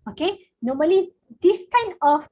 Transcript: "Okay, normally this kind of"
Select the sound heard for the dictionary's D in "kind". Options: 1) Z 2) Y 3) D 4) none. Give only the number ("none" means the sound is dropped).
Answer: 4